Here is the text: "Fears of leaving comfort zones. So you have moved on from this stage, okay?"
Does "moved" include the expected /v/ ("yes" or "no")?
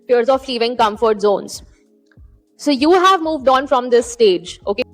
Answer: yes